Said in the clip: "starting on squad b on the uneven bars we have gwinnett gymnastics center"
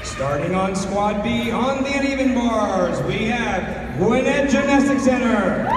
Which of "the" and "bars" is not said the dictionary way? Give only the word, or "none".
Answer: none